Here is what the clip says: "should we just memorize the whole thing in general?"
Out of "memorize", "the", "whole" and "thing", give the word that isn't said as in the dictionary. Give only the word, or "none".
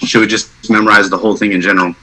none